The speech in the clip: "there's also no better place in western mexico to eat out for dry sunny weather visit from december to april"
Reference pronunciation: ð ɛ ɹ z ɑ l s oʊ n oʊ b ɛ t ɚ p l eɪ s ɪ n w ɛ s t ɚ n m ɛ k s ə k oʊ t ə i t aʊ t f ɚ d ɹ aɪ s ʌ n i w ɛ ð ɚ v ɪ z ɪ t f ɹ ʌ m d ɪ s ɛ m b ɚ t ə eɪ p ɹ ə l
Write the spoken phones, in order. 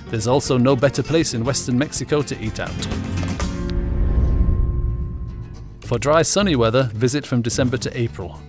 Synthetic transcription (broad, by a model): ð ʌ z ɑ l s oʊ n oʊ b ɛ t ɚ p l eɪ s ɪ n w ɛ s t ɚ n m ɛ k s ə k oʊ t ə i t aʊ t f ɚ d ɹ aɪ s ʌ n i w ɛ ð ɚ v ɪ z ɪ t f ɹ ʌ m d ɪ s ɛ m b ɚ t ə eɪ p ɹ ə l